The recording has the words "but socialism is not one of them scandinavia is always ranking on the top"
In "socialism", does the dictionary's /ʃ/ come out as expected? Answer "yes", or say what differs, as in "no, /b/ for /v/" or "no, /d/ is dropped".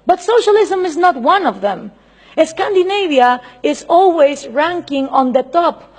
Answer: yes